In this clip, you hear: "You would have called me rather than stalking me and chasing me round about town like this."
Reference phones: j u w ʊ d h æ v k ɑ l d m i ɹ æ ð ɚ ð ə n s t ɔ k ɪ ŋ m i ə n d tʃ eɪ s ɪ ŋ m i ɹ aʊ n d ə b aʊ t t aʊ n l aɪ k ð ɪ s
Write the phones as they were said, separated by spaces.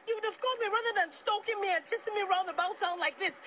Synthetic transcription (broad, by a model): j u w ʊ d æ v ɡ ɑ d m i ɹ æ ð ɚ ð ə n s t ɔ k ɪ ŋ m i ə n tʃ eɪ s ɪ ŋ m i ɹ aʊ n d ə b aʊ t t aʊ n l aɪ k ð ɪ s